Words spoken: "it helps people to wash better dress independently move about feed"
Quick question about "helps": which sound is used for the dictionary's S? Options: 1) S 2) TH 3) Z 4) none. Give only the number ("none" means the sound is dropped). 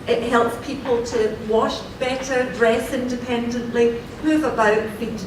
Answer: 1